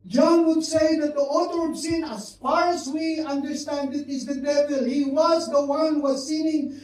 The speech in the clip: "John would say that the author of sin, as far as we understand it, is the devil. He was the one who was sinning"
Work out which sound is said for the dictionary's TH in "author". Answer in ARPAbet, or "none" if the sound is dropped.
T